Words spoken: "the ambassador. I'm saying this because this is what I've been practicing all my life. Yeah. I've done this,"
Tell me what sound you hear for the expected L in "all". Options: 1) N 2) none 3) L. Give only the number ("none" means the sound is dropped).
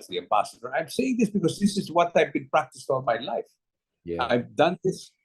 1